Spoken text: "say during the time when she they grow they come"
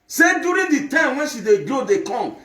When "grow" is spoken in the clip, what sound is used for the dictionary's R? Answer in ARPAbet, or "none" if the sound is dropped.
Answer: none